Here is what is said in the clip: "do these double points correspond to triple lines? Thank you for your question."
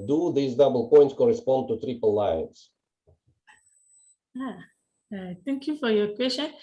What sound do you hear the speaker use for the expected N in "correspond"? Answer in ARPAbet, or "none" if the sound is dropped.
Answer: N